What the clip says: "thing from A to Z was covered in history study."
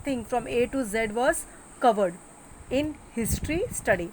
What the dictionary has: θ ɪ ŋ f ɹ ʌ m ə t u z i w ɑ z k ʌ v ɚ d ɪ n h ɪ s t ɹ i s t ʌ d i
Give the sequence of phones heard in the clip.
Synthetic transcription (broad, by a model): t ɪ ŋ f ɹ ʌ m ə t u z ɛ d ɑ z k ʌ v ɚ d ɪ n h ɪ s t ɹ i s t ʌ d i